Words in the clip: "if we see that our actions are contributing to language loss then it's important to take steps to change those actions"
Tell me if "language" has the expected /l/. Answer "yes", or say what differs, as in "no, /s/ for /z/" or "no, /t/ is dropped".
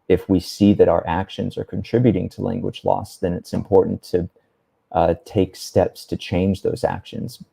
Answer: yes